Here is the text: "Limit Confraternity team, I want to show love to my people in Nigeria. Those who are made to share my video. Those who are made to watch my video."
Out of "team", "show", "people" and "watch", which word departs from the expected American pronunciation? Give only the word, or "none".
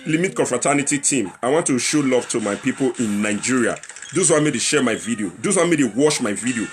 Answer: watch